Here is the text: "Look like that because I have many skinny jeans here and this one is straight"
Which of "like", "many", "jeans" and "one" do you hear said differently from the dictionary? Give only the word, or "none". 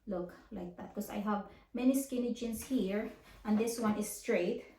jeans